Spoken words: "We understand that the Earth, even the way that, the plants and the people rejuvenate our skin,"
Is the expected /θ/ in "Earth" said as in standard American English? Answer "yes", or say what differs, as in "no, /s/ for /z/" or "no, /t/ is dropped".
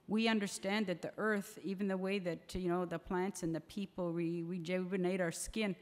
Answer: yes